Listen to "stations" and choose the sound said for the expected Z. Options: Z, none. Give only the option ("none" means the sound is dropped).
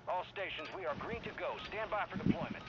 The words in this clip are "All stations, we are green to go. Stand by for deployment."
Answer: Z